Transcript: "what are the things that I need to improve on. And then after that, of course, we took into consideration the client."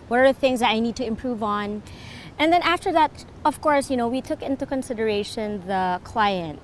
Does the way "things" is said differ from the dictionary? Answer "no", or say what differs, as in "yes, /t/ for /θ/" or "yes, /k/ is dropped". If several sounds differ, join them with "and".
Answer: no